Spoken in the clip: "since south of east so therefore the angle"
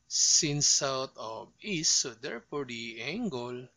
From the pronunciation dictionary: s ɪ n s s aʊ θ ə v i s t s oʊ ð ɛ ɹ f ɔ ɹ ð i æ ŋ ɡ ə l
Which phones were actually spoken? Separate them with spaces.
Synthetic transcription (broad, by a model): s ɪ n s s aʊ t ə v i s s oʊ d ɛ ɹ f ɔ ɹ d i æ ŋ ɡ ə l